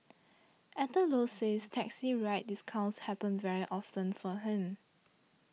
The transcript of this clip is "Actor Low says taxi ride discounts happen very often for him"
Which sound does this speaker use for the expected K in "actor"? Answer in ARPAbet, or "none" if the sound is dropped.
none